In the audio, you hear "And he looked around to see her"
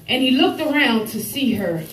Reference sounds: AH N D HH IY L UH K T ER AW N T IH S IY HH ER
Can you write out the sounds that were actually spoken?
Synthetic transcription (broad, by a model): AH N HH IY L UH K T ER AW N T IH S IY ER